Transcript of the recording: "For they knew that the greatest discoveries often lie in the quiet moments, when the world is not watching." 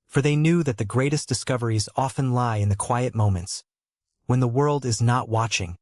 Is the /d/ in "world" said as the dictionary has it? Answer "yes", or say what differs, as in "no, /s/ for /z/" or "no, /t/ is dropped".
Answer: yes